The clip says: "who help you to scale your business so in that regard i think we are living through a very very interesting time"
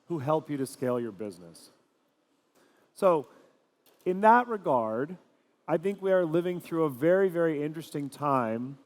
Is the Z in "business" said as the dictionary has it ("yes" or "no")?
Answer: yes